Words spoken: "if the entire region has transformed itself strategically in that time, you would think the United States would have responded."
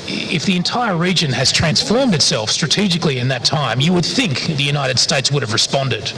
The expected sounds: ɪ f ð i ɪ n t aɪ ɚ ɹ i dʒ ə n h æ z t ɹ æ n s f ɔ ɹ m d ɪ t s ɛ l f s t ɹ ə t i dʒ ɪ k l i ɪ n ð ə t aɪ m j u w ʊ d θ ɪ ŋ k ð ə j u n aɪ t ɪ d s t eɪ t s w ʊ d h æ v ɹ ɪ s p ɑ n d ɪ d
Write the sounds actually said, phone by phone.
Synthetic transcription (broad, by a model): ɪ f ð i ɪ n t aɪ ɚ ɹ i dʒ ə n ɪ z t ɹ æ n s f ɔ ɹ m d ɪ t s ɛ l f s t ɹ ə t i dʒ ɪ k l i ɪ n ð ə t aɪ m j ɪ w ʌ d θ ɪ ŋ k ð ə j u n aɪ t ɪ d s t eɪ t s w ʊ d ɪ v ɹ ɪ s p ɑ n d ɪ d